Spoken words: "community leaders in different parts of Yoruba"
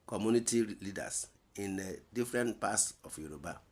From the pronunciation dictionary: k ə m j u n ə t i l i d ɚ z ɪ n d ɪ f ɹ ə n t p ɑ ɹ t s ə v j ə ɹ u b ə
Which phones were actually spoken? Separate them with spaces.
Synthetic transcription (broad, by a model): k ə m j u n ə t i l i d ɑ s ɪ n d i f ɹ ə n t p ɑ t s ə f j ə ɹ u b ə